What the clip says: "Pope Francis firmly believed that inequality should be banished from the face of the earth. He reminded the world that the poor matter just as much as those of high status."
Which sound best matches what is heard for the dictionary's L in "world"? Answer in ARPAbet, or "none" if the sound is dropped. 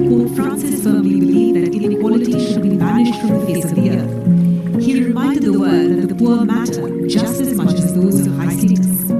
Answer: none